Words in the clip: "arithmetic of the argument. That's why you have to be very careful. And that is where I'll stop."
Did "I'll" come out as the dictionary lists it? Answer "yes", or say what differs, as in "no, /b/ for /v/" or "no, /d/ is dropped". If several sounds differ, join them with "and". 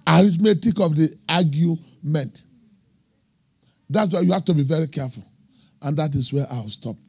no, /w/ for /l/